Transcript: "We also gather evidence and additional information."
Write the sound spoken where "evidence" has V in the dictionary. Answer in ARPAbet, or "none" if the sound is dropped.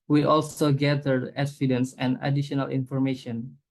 F